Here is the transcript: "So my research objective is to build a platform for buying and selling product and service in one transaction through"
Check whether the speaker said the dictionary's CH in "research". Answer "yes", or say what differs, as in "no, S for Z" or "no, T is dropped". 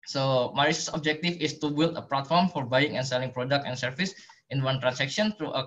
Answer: no, S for CH